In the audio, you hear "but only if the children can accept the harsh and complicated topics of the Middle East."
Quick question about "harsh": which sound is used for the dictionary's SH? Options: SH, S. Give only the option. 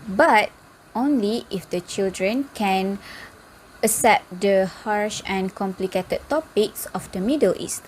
SH